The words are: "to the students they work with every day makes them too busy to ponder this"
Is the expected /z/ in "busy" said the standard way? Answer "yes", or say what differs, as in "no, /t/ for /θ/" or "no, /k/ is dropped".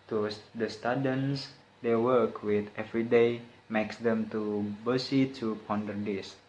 no, /s/ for /z/